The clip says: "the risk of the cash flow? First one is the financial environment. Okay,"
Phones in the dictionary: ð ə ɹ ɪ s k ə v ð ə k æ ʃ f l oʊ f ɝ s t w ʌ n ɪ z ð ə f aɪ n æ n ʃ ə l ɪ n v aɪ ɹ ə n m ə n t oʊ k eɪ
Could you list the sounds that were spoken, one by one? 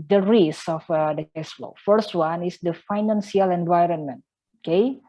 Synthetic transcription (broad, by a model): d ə ɹ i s ə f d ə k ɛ s f l oʊ f ɝ s t w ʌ n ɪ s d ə f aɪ n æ n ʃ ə l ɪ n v aɪ ɹ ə n m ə n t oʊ k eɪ